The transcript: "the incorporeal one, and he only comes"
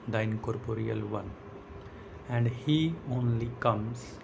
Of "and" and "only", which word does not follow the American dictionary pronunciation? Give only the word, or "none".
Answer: none